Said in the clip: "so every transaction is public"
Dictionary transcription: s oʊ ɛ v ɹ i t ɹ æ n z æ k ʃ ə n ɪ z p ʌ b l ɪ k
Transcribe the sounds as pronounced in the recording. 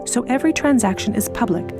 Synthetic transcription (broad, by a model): s oʊ ɛ v ɹ i t ɹ æ n z æ k ʃ ə n ɪ z p ʌ b l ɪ k